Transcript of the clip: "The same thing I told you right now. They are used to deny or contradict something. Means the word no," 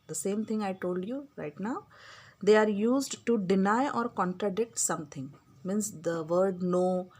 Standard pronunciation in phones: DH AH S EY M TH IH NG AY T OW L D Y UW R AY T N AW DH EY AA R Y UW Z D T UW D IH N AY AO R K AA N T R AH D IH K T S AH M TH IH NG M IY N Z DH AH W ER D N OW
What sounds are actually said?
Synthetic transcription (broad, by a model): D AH S EY M T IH NG AY T OW L D Y UW R AY T N AW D EY AA R Y UW Z D T UW D IH N AY AO R K AA N T R AH D IH K T S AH M T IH NG M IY N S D AH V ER D N OW